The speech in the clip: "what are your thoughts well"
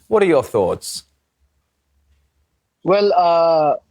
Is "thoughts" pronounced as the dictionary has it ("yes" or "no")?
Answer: yes